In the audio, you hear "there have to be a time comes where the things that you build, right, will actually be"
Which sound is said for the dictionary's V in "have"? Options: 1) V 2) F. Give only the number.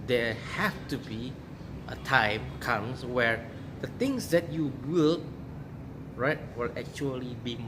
2